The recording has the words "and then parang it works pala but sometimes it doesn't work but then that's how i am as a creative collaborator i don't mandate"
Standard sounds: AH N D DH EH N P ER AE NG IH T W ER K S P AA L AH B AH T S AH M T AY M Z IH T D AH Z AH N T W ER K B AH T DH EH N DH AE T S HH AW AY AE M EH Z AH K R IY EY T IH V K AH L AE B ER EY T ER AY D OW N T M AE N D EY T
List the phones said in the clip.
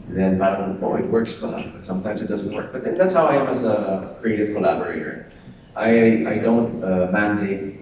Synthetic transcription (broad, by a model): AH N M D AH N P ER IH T W ER K S F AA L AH B AH T S AH M T AY M Z IH T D AH Z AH N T W ER K B AH T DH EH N DH AE T S HH AW AY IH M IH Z AH K R IY EY T IH V K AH L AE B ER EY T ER AY D OW N T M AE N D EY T